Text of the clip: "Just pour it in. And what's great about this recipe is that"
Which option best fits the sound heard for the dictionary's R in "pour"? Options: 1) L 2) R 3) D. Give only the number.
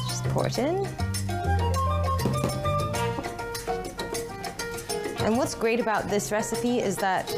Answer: 2